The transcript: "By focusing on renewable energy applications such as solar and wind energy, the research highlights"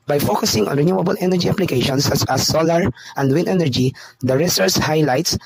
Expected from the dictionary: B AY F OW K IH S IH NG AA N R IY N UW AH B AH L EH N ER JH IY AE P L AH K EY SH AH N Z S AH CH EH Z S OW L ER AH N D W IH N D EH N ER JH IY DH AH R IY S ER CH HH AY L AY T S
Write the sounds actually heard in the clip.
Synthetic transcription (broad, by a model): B AY F OW K IH S IH NG AA N R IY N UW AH B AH L EH N ER JH IY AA P L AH K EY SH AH N S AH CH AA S OW L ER AH N D W IH N D EH N ER JH IY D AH R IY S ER S HH AY L AY T S